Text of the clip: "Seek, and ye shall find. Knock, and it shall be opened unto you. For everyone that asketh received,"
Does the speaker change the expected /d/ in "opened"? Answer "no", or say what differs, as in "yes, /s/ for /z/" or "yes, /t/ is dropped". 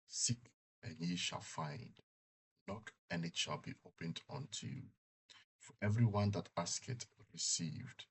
no